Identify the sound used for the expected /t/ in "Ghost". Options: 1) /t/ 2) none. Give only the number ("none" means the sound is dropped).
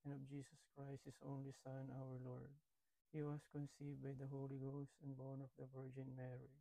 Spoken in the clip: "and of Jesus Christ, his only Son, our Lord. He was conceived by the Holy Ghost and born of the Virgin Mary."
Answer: 1